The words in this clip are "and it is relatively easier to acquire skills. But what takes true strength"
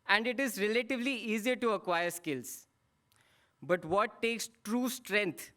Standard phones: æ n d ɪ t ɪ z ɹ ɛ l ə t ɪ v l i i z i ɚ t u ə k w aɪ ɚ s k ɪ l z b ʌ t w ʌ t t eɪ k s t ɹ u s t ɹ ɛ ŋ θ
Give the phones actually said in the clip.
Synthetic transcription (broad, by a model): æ n d ɪ t ɪ z ɹ ɛ l ə t ɪ v l i i z i ɚ t u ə k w aɪ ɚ s k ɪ l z b ʌ t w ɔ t t eɪ k s t ɹ u s t ɹ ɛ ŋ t